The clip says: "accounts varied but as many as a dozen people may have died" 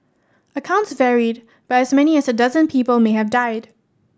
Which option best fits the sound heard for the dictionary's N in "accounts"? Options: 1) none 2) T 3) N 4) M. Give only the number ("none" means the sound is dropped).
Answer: 3